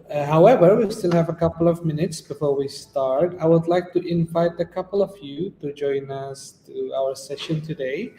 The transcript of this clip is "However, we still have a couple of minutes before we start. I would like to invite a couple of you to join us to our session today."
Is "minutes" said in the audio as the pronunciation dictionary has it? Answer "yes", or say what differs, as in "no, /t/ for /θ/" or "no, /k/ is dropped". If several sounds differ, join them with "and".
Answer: yes